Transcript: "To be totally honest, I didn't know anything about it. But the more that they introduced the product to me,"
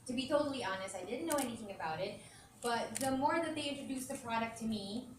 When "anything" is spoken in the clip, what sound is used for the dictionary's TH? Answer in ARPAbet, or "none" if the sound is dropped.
TH